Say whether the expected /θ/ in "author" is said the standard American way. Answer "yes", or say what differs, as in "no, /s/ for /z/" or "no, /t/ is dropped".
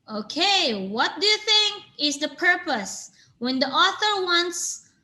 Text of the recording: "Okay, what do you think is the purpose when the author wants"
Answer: yes